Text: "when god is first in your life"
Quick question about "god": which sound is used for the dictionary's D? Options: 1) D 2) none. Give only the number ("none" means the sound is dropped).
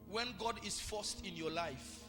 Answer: 1